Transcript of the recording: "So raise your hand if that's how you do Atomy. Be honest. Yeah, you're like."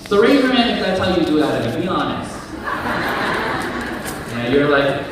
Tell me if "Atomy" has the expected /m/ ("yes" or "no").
no